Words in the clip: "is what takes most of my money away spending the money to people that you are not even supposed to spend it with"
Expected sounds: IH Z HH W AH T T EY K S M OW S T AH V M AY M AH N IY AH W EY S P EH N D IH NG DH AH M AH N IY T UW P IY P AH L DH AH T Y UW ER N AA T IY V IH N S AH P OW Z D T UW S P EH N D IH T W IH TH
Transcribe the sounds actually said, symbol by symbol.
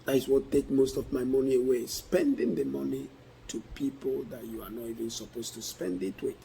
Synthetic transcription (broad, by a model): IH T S W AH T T EY K M OW S T AH V M AY M AH N IY AH W EY S P EH N D IH NG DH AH M AH N IY T UW P IY P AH L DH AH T Y UW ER N AA T IY V IH N S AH P OW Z T UW S P EH N D IH T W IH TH